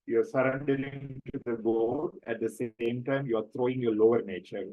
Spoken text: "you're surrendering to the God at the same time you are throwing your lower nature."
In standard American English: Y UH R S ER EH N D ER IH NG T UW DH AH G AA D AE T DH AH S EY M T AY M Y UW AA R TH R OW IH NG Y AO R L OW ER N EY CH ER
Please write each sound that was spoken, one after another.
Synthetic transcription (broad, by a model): Y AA R S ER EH N D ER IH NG T UW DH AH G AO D AE T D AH S EY M T AY M Y UW AA R T R OW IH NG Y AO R L OW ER N EY CH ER